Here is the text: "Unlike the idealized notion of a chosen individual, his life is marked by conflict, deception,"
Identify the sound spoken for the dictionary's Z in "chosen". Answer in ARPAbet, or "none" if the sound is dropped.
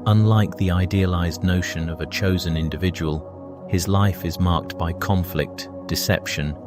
Z